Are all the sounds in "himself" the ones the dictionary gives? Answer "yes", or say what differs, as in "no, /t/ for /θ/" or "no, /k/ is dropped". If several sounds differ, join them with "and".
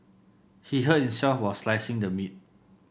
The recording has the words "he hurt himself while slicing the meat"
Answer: no, /l/ is dropped